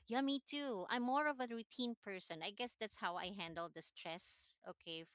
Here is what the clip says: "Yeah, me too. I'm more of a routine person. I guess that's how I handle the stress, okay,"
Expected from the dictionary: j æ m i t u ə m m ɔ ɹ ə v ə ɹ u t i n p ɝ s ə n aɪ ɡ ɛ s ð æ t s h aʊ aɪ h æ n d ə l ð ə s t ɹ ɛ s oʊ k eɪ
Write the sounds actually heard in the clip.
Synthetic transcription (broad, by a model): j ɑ m i t u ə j m ɔ ɹ ə v ə ɹ u t i n p ɝ s ə n aɪ ɡ ɛ s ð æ t s h aʊ aɪ h æ n d ə l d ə s t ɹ ɛ s oʊ k eɪ